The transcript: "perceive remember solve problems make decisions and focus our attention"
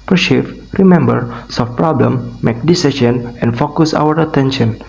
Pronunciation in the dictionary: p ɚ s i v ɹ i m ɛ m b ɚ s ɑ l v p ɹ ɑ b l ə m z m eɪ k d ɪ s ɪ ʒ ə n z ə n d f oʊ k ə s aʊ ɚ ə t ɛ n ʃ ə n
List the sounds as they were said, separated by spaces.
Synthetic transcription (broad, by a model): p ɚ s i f ɹ i m ɛ m b ɚ s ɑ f p ɹ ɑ b l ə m m eɪ k d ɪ s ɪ ʃ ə n ə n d f oʊ k ə s aʊ ɚ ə t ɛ n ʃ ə n